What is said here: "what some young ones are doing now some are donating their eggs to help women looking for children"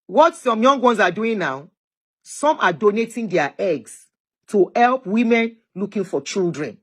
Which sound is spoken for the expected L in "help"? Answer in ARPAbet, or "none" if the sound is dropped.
L